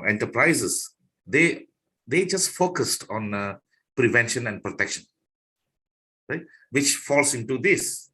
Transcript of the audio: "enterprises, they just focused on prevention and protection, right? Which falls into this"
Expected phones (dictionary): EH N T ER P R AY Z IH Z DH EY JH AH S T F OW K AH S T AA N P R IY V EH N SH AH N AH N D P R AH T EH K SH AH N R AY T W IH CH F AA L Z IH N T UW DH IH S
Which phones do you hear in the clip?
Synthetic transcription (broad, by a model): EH N T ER P R AY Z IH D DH EY JH AH S T F OW K AH S T AA N P R IY V EH N SH AH N AH N D P R AH T EH K SH AH N R AY T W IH CH F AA L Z IH N T UW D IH S